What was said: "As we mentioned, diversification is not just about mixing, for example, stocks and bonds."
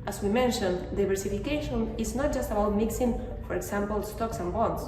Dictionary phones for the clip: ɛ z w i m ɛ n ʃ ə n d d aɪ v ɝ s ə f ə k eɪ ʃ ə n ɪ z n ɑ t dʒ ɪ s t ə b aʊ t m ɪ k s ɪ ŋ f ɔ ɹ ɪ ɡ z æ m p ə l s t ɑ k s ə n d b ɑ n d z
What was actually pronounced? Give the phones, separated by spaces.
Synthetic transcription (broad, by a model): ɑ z w i m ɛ n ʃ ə n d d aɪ b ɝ s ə f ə k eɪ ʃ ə n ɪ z n ɑ t dʒ ɪ s t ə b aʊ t m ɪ k s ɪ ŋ f ɔ ɹ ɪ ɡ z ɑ m p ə l s t ɑ k s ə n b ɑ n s